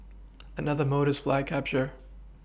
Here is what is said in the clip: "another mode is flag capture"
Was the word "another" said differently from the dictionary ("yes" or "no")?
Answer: no